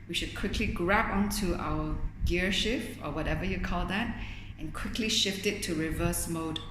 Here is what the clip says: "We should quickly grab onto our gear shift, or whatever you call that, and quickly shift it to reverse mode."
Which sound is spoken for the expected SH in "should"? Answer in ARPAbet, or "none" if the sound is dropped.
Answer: SH